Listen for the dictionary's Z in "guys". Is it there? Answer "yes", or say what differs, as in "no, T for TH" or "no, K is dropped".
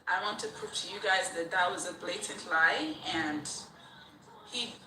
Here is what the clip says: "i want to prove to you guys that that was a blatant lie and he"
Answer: yes